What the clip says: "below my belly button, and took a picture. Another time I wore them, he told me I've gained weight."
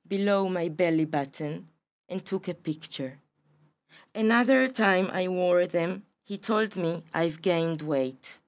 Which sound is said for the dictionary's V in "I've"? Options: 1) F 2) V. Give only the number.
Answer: 2